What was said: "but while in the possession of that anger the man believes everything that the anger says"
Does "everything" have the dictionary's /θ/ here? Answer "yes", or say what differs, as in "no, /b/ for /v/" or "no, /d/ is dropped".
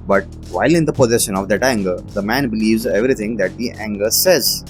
no, /t/ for /θ/